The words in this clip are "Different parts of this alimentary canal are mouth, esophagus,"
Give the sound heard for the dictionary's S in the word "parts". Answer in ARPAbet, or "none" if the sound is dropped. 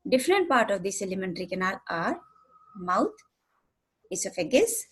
none